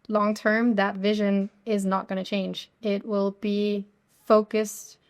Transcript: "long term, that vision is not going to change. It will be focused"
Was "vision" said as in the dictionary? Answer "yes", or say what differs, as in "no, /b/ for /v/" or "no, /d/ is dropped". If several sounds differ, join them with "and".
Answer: yes